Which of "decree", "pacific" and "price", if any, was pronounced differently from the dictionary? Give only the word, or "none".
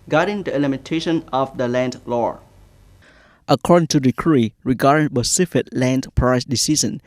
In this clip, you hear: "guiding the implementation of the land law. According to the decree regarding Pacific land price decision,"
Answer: pacific